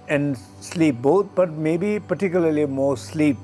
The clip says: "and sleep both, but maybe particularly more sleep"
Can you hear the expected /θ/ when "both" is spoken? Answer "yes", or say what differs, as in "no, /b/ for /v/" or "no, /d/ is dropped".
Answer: no, /t/ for /θ/